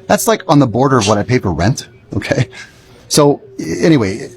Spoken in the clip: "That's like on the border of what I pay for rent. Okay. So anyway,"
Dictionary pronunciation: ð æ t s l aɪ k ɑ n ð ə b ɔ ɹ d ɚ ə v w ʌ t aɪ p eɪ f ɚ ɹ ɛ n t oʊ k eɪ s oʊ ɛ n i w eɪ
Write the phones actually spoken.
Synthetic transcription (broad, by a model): ð æ t s l aɪ k n ð ə b ɔ ɹ d ɚ ə v w ʌ t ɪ p eɪ p ɚ ɹ ɛ n t oʊ k eɪ s oʊ ɛ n i w eɪ